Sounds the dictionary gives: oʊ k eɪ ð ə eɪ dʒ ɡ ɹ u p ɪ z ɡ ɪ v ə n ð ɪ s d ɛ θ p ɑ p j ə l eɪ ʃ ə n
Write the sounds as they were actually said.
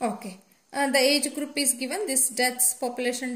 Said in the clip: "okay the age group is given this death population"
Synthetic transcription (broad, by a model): oʊ k eɪ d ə eɪ dʒ ɡ ɹ u p ɪ z ɡ ɪ v ə n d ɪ s d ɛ s p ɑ p j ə l eɪ ʃ ə n